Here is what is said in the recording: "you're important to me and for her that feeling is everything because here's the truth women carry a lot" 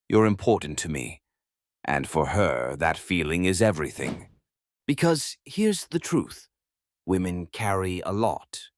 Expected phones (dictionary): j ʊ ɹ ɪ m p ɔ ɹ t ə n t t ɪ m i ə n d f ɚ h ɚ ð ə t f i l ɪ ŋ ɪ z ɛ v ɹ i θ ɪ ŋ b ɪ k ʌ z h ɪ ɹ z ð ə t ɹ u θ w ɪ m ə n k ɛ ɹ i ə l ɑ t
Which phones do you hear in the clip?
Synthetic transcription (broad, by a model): j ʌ ɹ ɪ m p ɔ ɹ t n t t ɪ m i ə n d f ɚ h ɚ ð ə t f i l ɪ ŋ ɪ z ɛ v ɹ i θ ɪ ŋ b ɪ k ʌ z h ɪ ɹ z ð ə t ɹ u θ w ɪ m ə n k ɛ ɹ i ə l ɑ t